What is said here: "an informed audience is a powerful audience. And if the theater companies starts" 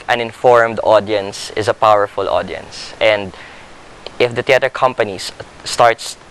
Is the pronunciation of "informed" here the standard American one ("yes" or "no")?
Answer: yes